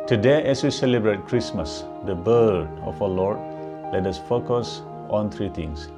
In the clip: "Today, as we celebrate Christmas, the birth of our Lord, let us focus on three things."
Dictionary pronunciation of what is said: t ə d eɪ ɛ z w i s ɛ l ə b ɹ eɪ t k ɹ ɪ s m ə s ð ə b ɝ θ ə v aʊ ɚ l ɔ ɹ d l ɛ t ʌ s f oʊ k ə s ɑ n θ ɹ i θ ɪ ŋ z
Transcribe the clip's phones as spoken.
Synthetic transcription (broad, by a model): t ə d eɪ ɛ s w i s ɛ l ə b ɹ eɪ t k ɹ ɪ s m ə s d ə b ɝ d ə f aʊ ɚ l ɔ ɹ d l ɛ t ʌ s f oʊ k ə s ɑ n t ɹ i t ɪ ŋ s